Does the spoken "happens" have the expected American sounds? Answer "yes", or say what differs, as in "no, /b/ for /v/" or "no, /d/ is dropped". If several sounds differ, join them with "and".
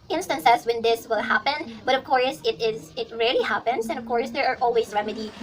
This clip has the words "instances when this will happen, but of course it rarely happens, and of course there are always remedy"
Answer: no, /s/ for /z/